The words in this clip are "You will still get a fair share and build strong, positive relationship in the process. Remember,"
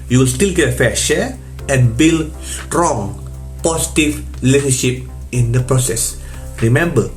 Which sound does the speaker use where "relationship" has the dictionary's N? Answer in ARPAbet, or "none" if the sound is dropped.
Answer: none